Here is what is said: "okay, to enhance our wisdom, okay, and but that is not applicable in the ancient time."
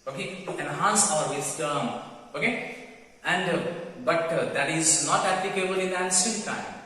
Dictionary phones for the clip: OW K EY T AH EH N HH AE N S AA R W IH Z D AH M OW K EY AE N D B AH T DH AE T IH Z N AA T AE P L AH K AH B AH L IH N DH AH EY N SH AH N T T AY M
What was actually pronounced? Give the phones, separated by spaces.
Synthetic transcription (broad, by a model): OW K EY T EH N HH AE N S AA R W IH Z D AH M OW K EY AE N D B AH T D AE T IH Z N AA T AE P L AH K AH B AH L IH N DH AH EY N S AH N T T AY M